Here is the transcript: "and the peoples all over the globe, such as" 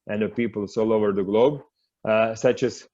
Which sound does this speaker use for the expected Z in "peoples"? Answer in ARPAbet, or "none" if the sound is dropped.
S